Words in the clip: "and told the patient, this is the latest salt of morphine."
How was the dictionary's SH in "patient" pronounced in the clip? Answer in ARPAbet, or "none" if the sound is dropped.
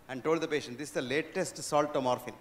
SH